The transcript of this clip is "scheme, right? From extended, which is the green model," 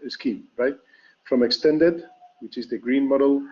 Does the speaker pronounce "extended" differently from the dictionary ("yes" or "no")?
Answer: no